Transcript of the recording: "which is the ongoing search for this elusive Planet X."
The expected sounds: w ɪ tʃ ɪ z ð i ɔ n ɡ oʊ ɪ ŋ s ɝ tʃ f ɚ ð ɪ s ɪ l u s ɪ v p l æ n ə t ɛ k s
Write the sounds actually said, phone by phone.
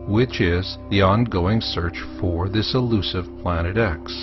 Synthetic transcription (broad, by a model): w ɪ tʃ ɪ z ð i ɔ n ɡ oʊ ɪ ŋ s ɝ tʃ f ɚ ð ɪ s ɪ l u s ɪ v p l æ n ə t ɛ k s